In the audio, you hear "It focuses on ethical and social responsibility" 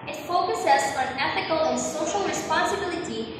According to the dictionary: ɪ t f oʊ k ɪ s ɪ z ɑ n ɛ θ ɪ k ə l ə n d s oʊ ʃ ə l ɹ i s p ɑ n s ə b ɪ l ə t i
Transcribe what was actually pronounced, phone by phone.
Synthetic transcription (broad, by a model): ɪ t f oʊ k ɪ s ɪ z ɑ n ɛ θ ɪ k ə l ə n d s oʊ ʃ ə l ɹ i s p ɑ n s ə b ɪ l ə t i